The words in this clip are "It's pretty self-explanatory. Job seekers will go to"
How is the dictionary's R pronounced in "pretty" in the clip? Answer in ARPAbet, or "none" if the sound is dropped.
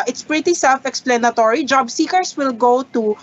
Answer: R